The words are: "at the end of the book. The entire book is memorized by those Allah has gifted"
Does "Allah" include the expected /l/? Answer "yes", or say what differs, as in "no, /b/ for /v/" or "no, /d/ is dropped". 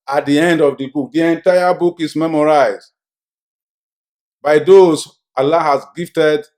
yes